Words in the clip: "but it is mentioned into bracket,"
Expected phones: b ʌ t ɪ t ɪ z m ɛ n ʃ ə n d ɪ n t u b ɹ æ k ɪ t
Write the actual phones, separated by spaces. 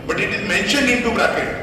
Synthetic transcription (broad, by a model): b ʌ t ɪ t ɪ z m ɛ n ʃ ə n ɪ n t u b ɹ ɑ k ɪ